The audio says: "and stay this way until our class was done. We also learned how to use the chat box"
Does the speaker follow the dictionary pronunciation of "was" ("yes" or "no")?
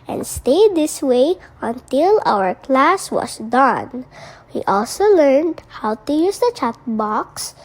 no